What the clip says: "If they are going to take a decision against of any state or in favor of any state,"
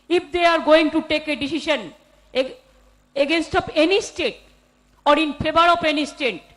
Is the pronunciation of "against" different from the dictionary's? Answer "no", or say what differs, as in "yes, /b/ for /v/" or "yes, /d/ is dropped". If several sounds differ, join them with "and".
no